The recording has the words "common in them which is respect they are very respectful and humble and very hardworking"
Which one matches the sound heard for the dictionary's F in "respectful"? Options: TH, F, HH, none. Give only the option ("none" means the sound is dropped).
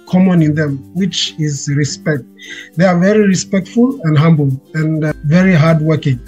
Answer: F